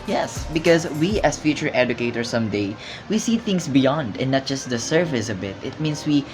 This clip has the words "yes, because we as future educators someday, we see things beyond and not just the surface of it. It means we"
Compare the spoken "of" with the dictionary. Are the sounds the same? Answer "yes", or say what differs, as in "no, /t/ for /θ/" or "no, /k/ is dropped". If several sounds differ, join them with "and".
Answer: no, /b/ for /v/